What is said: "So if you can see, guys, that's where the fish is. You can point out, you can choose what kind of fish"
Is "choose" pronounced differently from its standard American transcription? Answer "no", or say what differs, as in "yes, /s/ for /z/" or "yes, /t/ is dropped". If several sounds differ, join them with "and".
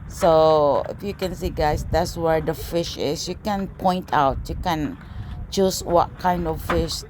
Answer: yes, /s/ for /z/